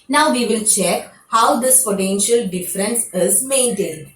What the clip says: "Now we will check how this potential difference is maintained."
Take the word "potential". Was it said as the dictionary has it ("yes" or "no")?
no